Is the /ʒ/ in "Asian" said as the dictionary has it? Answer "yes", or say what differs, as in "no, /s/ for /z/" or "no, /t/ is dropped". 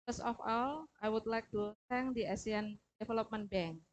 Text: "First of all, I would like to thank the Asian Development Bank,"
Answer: no, /s/ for /ʒ/